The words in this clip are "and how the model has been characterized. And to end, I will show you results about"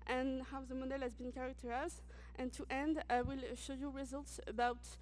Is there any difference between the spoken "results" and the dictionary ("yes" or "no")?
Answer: no